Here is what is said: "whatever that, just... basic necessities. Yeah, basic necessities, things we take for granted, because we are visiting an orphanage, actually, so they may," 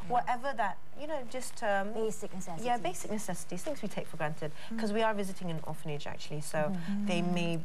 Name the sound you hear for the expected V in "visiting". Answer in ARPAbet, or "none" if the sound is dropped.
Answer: V